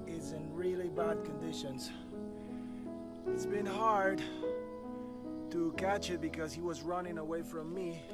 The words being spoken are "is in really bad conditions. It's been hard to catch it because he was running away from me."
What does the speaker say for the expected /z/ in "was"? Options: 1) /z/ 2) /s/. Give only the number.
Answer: 1